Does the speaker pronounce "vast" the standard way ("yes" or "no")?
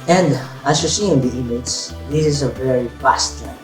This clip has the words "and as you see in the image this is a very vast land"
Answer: no